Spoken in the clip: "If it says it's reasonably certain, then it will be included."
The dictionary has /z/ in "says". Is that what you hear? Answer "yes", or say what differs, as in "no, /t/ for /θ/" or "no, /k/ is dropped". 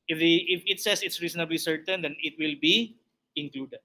no, /s/ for /z/